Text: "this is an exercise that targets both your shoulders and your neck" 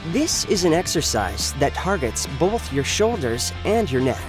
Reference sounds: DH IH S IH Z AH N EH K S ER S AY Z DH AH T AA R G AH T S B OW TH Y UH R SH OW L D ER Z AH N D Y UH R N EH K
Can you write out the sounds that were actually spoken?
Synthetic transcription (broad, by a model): DH IH S IH Z AH N EH K S ER S AY Z DH AH T AA R G AH T S B OW TH Y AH R SH OW L D ER Z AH N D Y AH R N EH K